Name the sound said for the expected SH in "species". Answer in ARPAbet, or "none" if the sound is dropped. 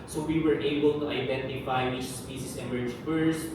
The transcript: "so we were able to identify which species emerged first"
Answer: S